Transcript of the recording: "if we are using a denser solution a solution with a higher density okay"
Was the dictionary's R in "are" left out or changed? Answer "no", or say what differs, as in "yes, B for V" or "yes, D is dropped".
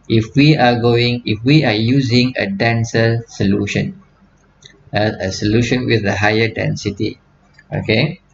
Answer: yes, W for R